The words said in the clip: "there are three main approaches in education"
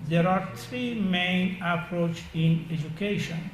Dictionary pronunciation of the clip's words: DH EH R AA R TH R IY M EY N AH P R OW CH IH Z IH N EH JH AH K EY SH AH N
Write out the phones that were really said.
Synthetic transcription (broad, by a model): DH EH R AA R T R IY M EY N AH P R OW CH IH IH N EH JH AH K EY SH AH N